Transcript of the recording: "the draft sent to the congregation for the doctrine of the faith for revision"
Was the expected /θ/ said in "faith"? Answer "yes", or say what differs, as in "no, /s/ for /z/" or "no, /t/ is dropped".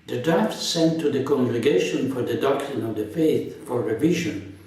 yes